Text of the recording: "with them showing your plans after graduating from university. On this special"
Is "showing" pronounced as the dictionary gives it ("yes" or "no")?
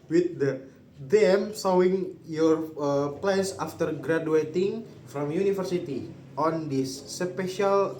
no